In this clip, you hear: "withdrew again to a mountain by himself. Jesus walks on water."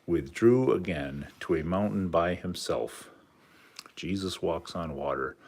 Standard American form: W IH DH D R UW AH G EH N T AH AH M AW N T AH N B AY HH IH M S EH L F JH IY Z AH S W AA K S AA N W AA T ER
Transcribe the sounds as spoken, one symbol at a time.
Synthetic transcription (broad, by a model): W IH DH D R UW AH G EH N T AH AH M AW N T N B AY HH IH M S EH L F JH IY Z AH S W AA K S N W AA T ER